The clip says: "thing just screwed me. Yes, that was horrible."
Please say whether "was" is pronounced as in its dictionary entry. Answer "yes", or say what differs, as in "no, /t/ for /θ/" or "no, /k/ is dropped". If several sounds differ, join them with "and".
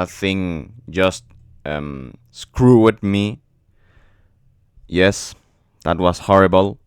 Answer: no, /s/ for /z/